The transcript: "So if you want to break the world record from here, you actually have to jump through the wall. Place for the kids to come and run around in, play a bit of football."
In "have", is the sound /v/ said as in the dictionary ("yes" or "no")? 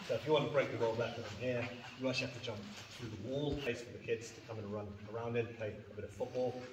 no